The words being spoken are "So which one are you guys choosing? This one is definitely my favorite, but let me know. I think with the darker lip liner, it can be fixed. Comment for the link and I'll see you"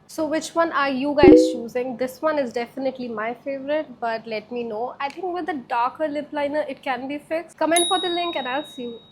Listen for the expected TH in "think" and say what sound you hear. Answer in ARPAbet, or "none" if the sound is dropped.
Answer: T